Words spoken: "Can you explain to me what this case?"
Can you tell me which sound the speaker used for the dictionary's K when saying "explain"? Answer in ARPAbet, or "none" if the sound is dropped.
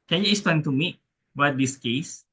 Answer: none